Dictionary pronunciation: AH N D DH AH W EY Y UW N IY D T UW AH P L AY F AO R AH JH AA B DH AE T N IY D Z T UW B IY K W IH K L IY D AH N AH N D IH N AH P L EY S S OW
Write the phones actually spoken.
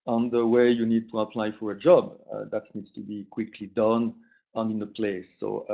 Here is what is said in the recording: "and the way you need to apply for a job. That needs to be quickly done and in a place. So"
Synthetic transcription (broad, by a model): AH N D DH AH W EY Y UW N IY D T UW AH P L AY F AO R AH JH AA B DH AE T N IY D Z T UW B IY K W IH K L IY D AH N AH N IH N AH P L EY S S OW